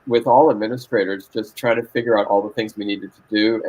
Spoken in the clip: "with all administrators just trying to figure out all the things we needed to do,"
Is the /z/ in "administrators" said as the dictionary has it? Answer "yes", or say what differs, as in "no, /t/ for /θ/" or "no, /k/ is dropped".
yes